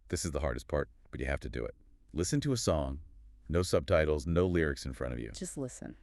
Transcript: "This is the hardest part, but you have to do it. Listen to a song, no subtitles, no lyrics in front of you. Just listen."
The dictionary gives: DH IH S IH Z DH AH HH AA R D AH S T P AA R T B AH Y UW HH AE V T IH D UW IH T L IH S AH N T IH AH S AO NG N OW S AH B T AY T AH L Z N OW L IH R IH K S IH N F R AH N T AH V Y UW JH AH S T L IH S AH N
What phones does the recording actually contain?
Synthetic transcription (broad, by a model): DH IH S IH Z DH AH HH AA R D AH S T P AA R T B AH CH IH HH AE F T IH D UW IH T L IH S AH N T IH AH S AO NG N OW S AH B T AY T L Z N OW L IH R IH K S IH N F R AH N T AH V Y UW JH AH S T L IH S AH N